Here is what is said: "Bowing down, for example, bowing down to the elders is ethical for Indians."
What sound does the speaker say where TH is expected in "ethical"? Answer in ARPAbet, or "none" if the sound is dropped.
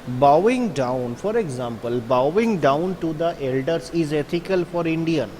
T